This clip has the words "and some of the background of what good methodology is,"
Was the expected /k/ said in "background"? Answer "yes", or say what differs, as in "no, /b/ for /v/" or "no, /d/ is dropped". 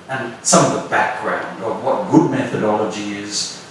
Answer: yes